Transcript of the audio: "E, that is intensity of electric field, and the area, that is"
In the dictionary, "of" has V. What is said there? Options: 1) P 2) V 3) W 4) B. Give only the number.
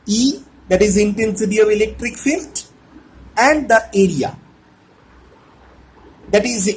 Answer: 2